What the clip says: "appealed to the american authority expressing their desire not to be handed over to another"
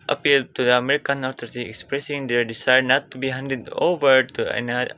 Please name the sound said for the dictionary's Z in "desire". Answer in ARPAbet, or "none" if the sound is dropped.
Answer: S